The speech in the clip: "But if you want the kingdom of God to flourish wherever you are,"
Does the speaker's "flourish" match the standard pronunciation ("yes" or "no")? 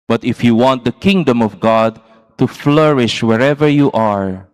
yes